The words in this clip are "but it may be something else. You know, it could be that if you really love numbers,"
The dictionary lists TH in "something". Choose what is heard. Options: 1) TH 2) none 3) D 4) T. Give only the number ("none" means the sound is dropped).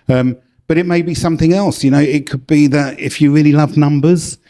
1